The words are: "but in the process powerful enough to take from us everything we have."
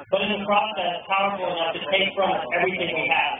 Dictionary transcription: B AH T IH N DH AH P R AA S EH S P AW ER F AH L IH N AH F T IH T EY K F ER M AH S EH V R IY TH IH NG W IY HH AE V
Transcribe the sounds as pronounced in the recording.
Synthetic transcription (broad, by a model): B AH T IH N DH AH P R AA S EH S P AW ER F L IH N AH F T IH T EY K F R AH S EH V R IY TH IH NG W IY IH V